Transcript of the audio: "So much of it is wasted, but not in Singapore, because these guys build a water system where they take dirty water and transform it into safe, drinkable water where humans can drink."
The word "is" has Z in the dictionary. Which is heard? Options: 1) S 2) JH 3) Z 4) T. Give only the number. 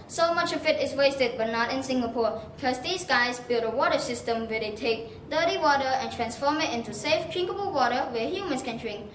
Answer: 1